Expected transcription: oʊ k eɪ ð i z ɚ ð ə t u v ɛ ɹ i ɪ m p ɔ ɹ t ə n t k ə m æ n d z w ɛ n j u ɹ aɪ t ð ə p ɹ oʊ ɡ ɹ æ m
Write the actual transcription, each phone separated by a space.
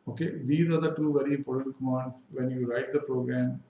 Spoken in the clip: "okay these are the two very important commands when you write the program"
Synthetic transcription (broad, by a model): oʊ k eɪ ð i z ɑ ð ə t u v ɛ ɹ i p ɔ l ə t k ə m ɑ n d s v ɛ n j u ɹ aɪ t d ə p ɹ oʊ ɡ ɹ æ m